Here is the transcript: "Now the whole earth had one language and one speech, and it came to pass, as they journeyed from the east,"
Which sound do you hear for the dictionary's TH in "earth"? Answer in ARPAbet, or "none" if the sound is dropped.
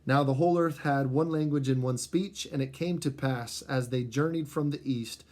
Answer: TH